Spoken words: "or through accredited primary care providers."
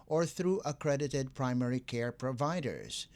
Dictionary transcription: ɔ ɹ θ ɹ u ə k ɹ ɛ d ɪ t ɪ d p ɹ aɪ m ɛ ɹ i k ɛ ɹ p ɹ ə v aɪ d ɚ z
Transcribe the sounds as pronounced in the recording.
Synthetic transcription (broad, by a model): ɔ ɹ θ ɹ u ə k ɹ ɛ d ɪ t ɪ d p ɹ aɪ m ɛ ɹ i k ɛ ɹ p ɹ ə v aɪ d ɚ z